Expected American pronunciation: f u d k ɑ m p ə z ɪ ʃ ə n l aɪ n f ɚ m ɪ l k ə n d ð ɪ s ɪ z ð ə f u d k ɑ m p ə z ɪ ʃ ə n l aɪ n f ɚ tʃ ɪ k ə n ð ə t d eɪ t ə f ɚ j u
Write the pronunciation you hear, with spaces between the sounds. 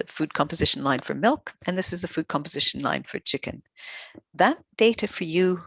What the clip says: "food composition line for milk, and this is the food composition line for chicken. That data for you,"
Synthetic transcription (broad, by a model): f u d k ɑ m p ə z ɪ ʃ n l aɪ n f ɚ m ɪ l k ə n ð ɪ s ɪ z ð ə f u d k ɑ m p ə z ɪ ʃ n l aɪ n f ɚ tʃ ɪ k ə n ð ə t d eɪ t ə f ɚ j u